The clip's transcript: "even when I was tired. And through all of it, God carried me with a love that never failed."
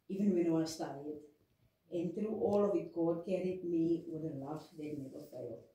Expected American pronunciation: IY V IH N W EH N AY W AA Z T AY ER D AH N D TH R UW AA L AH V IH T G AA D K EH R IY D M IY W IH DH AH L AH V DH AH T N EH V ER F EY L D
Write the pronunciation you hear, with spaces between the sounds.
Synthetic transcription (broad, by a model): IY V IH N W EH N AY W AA S T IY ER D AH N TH R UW AA L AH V IH T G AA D K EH R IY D M IY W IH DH AH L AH F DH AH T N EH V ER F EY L